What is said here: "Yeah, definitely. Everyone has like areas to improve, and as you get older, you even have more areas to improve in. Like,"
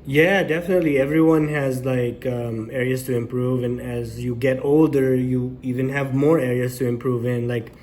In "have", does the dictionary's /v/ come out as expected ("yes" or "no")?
yes